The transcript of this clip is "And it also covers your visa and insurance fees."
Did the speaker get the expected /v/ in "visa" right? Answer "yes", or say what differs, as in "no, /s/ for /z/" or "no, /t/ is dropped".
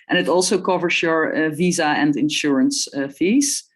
yes